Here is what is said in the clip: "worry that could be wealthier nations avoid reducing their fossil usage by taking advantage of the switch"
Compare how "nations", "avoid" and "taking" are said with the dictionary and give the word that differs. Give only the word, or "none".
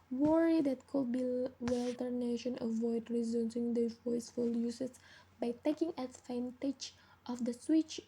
nations